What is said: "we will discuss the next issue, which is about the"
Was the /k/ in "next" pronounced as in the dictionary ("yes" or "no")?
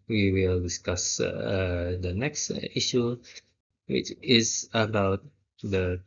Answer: yes